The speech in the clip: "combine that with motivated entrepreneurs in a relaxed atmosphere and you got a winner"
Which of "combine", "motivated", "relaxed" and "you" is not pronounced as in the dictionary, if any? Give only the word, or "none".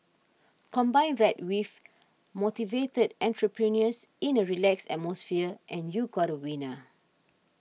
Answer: relaxed